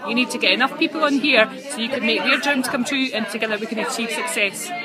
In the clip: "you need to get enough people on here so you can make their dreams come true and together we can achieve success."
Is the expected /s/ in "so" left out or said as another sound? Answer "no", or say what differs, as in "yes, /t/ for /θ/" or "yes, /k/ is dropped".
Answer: no